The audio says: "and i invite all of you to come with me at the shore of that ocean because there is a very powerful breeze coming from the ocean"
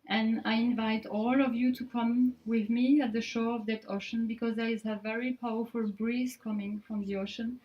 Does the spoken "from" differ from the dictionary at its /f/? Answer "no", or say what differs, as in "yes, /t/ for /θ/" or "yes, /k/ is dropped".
no